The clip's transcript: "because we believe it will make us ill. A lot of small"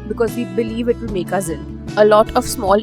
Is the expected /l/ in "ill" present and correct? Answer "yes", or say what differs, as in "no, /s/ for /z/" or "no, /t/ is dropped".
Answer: no, /n/ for /l/